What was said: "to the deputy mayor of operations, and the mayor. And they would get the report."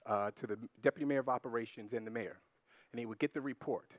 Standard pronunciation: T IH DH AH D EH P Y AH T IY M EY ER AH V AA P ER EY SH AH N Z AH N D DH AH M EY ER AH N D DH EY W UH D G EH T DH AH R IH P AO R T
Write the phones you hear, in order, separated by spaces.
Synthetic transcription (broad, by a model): T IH DH AH D EH P Y AH T IY M EY ER AH V AA P ER EY SH AH N Z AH N DH AH M EY ER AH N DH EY W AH D G EH T DH AH R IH P AO R T